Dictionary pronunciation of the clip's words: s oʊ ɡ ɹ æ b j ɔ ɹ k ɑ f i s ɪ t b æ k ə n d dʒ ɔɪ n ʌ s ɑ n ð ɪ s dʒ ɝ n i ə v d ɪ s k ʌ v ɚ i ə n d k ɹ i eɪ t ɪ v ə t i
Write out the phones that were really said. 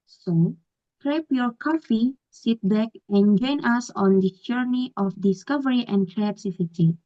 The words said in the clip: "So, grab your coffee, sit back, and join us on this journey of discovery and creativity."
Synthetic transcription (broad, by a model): s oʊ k ɹ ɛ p j ɔ ɹ k ɑ f i s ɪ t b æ k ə n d dʒ ɔɪ n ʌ s ɑ n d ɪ dʒ ɝ n i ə f d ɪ s k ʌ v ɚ i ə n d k ɹ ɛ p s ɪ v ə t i